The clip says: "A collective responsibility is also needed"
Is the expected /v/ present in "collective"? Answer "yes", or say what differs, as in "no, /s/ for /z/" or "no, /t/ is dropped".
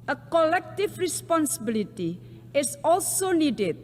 no, /f/ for /v/